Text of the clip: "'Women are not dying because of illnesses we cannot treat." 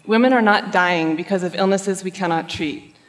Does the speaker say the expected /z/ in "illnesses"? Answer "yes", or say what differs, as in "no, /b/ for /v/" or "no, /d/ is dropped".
yes